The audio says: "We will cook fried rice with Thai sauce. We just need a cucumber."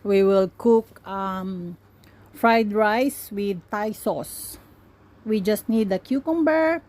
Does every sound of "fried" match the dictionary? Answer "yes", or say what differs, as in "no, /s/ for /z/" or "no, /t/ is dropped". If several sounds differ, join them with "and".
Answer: yes